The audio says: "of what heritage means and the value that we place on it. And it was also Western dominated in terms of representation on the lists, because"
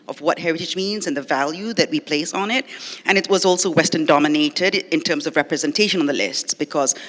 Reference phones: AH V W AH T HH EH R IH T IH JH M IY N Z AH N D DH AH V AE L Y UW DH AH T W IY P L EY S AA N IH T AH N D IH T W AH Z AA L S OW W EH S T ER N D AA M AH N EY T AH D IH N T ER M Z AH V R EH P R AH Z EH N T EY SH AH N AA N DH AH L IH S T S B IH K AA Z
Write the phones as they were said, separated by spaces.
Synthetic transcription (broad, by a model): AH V W AH T HH EH R IH T IH JH M IY N Z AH N DH AH V AE L Y UW DH AH T W IY P L EY S N IH T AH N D IH T W AH Z AA L S OW W EH S T ER N D AA M AH N EY T AH D IH N T ER M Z AH V R EH P R AH Z EH N T EY SH AH N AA N DH AH L IH S T S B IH K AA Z